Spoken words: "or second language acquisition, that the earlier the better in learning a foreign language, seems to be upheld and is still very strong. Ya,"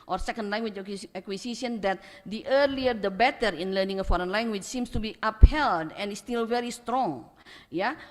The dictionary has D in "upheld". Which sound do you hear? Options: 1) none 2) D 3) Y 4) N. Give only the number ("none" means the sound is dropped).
2